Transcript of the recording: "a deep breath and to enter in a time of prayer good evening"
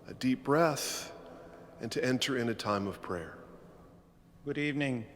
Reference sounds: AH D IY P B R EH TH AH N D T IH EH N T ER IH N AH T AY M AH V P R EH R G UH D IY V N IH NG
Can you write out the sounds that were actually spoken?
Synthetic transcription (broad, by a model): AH D IY P B R EH TH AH N T IH EH N T ER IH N AH T AY M AH V P R EH R G UH D IY V N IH NG